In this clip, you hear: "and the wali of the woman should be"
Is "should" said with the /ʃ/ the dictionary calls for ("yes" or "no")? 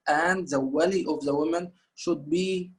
yes